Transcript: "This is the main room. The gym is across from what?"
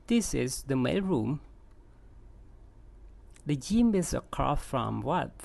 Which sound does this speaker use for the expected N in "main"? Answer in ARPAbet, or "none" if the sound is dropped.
L